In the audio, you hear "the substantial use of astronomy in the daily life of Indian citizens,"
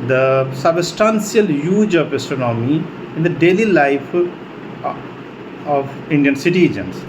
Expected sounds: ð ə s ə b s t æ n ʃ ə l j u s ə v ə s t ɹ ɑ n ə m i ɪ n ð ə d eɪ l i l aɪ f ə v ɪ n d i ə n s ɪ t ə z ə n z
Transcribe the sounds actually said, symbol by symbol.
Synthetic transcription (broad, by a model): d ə s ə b s t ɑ n s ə l j u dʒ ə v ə s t ɑ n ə m i ɪ n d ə d eɪ l i l aɪ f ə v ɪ n d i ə n s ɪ t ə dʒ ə n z